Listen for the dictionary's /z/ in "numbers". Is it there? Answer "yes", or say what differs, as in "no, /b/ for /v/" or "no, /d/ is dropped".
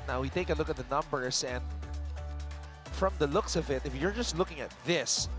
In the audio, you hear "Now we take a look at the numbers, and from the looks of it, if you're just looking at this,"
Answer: no, /s/ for /z/